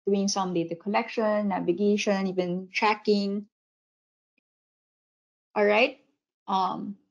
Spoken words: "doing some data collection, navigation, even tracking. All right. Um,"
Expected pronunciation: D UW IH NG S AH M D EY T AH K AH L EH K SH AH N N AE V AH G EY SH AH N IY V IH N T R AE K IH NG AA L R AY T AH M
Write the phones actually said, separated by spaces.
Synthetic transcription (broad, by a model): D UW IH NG S AH M D EY T AH K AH L EH K SH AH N N AE V AH G EY SH AH N IY V IH N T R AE K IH NG AA L R AY T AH M